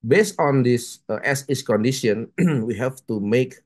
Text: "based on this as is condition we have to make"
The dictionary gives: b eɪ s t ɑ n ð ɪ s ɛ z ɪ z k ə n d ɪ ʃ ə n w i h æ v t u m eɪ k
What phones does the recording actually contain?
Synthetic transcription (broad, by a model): b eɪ s t ɑ n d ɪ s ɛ s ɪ s k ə n d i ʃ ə n w i h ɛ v t u m eɪ k